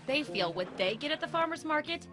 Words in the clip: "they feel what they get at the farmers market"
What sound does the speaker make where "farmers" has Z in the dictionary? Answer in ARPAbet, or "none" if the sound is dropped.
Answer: Z